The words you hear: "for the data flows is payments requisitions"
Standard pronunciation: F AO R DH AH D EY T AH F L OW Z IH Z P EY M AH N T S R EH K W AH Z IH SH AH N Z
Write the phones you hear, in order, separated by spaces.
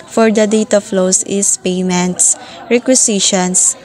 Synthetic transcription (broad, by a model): F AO R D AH D EY T AH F L OW S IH S P EY M AH N T S R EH K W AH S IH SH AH N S